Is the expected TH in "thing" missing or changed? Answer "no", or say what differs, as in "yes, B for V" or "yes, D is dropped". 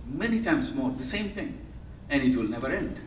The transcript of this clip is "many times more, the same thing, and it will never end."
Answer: yes, T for TH